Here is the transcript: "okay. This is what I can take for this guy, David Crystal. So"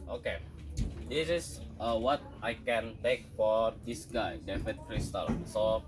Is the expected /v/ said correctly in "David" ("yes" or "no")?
no